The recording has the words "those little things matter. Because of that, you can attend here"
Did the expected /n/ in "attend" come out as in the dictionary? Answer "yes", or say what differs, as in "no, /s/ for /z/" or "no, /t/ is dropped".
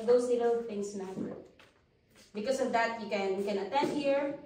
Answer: yes